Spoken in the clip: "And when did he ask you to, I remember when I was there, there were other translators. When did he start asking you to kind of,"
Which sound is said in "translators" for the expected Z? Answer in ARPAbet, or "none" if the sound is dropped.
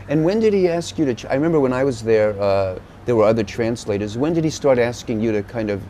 Z